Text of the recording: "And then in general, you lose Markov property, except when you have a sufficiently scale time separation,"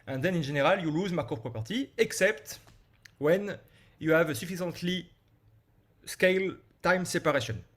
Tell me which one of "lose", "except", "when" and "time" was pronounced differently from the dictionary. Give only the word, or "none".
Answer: none